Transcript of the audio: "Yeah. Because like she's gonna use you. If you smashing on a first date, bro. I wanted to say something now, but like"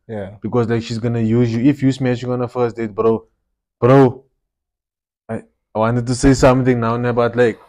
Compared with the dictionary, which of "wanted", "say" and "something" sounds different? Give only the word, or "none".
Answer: something